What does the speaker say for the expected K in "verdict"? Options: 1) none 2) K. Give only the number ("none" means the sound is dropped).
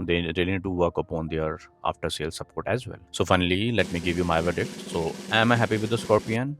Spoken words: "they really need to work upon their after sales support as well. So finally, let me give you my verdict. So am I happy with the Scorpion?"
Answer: 1